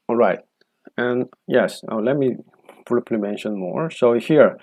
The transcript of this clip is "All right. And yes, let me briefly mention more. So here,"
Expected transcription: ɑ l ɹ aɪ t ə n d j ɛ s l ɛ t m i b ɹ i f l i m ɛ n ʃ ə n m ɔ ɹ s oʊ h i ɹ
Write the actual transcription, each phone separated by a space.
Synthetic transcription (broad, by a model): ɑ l ɹ aɪ t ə n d j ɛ s l ɛ t m i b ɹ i p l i m ɛ n ʃ ə n m ɔ ɹ s oʊ h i ɹ